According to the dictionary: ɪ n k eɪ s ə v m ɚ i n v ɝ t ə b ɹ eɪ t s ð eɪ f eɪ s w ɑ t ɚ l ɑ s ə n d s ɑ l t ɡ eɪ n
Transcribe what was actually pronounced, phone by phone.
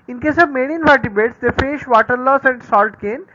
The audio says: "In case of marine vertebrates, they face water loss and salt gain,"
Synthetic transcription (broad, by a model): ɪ n k eɪ s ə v m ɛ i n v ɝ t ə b eɪ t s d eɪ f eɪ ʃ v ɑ t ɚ l ɑ s ə n d s ɑ l t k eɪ n